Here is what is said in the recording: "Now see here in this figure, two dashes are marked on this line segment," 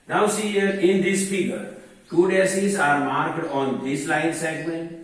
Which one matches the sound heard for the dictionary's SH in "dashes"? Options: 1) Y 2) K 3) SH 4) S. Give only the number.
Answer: 4